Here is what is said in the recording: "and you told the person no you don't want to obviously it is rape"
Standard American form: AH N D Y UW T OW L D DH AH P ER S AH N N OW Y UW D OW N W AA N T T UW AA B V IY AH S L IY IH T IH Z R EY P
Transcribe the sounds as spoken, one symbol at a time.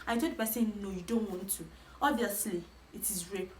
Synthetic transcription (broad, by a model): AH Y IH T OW D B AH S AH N N OW Y UW D OW N W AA N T T UW AA B V IY AH S L IY IH T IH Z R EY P